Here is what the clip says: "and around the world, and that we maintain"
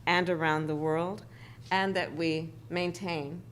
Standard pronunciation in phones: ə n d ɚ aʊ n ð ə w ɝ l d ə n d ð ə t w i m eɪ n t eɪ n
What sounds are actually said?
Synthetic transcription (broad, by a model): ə n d ɚ aʊ n ð ə w ɝ l d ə n ð ə t w i m eɪ n t eɪ n